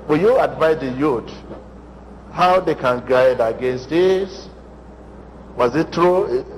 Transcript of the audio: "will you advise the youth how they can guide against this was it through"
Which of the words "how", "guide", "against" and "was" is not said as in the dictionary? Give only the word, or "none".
none